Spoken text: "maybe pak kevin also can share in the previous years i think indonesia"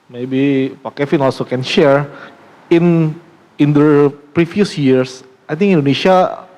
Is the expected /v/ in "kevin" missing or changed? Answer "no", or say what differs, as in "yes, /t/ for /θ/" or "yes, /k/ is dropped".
yes, /f/ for /v/